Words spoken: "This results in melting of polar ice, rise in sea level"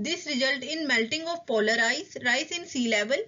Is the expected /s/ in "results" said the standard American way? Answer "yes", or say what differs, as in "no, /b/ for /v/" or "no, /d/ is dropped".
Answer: no, /s/ is dropped